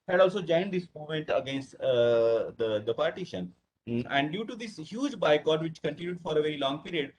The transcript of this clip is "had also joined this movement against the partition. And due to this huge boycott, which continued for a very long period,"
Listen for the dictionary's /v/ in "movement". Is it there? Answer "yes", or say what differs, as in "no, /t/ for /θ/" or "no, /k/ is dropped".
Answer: no, /v/ is dropped